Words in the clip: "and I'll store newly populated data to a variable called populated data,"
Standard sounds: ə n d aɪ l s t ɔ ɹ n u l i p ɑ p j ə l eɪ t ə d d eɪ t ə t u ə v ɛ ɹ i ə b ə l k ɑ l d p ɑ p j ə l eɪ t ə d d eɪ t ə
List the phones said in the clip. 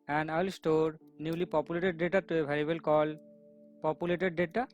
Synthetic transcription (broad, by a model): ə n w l s t ɔ ɹ n u l i p ɑ p j ə l eɪ t ə d d eɪ t ə t u ə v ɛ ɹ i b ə l k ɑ l p ɑ p j ə l eɪ t ə d d eɪ t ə